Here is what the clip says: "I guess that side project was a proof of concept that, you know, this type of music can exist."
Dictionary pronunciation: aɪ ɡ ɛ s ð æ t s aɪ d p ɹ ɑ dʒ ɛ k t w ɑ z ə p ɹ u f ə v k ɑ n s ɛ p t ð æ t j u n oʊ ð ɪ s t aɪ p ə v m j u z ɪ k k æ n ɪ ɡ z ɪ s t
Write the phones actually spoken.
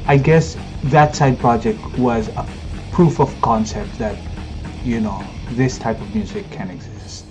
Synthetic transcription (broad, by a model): aɪ ɡ ɛ s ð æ t s aɪ d p ɹ ɑ dʒ ɛ k t w ɑ z ə p ɹ u f ə v k ɑ n s ɛ p t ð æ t j u n oʊ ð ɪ s t aɪ p ə v m j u z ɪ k k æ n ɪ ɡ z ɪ s t